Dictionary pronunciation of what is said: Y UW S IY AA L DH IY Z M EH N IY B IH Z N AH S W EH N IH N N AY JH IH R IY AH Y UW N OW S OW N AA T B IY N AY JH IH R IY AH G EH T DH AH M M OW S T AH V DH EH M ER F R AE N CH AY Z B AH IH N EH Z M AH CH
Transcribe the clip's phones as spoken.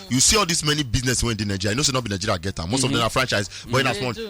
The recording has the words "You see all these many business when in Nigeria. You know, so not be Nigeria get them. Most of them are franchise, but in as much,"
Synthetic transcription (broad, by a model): Y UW S IY AA L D IY S M EH N IY B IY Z N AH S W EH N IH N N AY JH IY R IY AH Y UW N OW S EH N AA T B IY N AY JH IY R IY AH G EH T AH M M OW S T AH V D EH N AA F R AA N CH AY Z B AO IH N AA S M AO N